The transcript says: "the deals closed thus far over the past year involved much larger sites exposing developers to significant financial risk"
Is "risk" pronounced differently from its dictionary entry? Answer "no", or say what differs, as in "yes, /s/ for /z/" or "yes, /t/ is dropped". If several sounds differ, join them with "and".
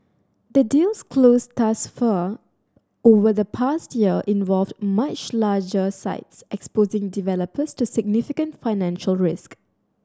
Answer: no